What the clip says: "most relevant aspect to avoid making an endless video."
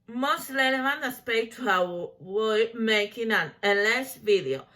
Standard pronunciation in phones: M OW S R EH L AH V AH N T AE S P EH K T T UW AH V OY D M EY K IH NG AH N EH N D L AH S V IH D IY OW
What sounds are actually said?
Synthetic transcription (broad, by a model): M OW S L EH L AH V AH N AE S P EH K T T UW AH W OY M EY K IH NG AH N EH N L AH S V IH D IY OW